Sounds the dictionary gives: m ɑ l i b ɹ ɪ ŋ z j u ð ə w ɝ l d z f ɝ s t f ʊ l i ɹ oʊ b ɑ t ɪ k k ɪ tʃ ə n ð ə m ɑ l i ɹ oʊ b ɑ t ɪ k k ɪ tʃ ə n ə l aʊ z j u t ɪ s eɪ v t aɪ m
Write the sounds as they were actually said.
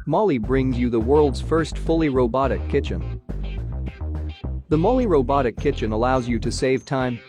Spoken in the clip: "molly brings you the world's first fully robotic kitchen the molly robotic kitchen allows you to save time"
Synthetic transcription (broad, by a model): m ɑ l i b ɹ ɪ ŋ z j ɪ ð ə w ɝ l d z f ɝ s t f ʊ l i ɹ oʊ b ɑ t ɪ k k ɪ tʃ ə n ð ə m ɑ l i ɹ oʊ b ɑ t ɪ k k ɪ tʃ ə n ə l aʊ z j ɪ t ɪ s eɪ v t aɪ m